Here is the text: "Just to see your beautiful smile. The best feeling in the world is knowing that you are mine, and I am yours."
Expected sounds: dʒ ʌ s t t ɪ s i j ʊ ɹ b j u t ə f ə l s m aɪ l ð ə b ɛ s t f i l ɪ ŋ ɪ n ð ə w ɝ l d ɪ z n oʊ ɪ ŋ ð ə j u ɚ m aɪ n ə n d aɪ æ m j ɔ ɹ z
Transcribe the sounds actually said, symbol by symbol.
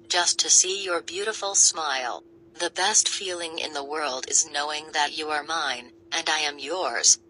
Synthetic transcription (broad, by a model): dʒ ʌ s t t ɪ s i j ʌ ɹ b j u t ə f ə l s m aɪ l ð ə b ɛ s t f i l ɪ ŋ ɪ n ð ə w ɝ l d ɪ z n oʊ ɪ ŋ ð ə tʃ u ɚ m aɪ n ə n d aɪ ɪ m j ɔ ɹ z